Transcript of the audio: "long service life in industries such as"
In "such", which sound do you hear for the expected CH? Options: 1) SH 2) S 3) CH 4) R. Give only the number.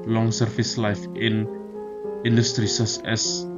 2